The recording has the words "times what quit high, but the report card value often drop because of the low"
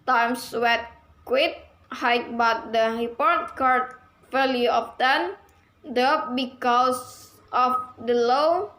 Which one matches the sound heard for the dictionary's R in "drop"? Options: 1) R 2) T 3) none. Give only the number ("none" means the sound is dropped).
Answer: 3